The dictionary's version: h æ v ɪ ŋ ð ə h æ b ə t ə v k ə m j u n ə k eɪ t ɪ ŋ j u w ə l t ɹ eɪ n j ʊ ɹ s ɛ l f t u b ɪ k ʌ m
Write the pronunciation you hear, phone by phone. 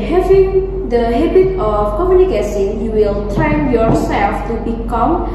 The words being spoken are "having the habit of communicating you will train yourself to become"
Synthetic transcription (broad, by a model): h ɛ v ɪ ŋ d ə h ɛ b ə t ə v k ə m j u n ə k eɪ s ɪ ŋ j u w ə l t ɹ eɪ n j ʊ ɹ s ɛ l f t u b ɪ k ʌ m